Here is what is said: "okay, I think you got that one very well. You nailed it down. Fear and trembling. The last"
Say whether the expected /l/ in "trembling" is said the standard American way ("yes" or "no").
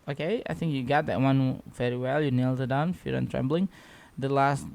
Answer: yes